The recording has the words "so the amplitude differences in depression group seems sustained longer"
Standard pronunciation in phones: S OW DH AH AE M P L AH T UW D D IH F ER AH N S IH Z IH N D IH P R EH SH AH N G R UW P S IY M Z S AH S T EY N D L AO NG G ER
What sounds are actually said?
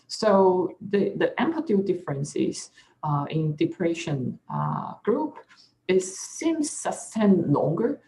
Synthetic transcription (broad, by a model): S OW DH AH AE M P AH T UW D D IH F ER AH N S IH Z IH N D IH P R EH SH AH N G R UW P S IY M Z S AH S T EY N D L AO NG G ER